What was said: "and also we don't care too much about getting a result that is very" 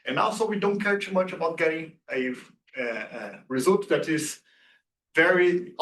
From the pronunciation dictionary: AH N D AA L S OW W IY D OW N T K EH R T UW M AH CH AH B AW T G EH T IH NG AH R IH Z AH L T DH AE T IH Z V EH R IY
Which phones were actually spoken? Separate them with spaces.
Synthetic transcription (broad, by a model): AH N AA L S OW W IY D OW N T K EH R T UW M AH CH AH B AW T G EH T IH NG AH R IH Z AH L T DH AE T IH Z V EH R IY